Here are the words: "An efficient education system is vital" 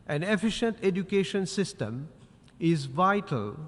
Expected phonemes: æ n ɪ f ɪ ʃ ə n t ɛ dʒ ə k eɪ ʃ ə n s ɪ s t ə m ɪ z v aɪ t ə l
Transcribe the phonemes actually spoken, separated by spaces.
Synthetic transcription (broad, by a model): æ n ɪ f ɪ ʃ ə n t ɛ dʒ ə k eɪ ʃ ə n s ɪ s t ə m ɪ z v aɪ t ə l